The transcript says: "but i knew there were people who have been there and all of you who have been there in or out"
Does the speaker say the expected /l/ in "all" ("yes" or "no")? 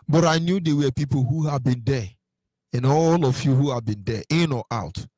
yes